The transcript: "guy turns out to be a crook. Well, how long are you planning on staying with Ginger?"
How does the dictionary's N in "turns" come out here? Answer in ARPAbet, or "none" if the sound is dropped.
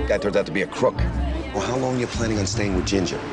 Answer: none